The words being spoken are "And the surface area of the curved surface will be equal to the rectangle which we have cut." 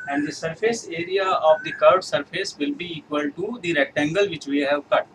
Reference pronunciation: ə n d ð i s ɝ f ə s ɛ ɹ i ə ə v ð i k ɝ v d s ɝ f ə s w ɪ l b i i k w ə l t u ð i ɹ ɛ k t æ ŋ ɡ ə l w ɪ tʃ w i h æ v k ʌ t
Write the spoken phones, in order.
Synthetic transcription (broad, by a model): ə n d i s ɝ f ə s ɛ ɹ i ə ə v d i k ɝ d s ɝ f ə s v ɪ l b i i k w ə l t u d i ɹ ɛ k t æ ŋ ɡ ə l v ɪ tʃ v i h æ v k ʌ t